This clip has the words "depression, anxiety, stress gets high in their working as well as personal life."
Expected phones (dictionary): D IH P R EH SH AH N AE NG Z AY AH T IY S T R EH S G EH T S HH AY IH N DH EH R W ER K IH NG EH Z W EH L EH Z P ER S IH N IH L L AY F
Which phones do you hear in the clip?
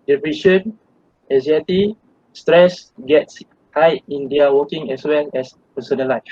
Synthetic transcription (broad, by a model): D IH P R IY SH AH N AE Z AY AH T IY S T R EH S G EH T S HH AY IH N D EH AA W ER K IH NG EH S W EH L EH S P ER S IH N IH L L AY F